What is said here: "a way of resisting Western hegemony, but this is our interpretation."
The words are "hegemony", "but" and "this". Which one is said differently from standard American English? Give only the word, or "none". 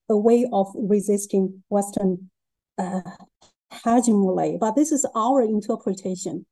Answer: hegemony